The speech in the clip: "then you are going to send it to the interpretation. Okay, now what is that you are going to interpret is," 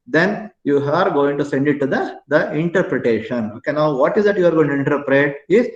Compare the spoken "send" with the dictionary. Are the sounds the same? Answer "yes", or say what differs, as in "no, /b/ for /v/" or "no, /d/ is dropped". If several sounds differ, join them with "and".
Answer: yes